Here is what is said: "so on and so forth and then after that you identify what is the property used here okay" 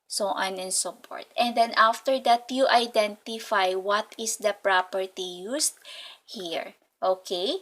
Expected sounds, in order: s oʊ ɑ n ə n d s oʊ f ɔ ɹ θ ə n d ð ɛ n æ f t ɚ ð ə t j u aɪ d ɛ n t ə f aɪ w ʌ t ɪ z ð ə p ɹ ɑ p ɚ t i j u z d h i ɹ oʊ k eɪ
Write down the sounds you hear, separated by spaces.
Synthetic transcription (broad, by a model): s oʊ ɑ n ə n s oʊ p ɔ ɹ t ə n d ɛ n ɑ f t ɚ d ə t j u aɪ d ɛ n t ə f aɪ w ʌ t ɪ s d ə p ɹ ɑ p ɚ t i j u s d h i ɹ oʊ k eɪ